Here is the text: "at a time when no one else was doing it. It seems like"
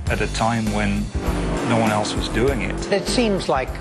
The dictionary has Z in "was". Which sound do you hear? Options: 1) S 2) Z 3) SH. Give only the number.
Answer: 2